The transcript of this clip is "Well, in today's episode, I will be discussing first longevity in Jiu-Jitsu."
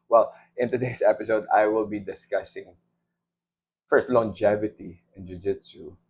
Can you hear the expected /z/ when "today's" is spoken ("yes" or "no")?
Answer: no